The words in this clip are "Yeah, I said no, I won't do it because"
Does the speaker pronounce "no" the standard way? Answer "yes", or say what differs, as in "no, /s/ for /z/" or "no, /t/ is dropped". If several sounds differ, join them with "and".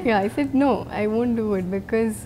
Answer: yes